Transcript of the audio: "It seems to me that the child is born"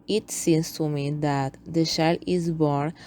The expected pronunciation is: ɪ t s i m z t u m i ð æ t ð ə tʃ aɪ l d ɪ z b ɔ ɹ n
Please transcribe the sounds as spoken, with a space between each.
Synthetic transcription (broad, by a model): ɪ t s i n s t u m i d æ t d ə ʃ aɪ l ɪ z b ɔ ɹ n